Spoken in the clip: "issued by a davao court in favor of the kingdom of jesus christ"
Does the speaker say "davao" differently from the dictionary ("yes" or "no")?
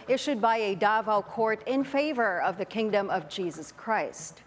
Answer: no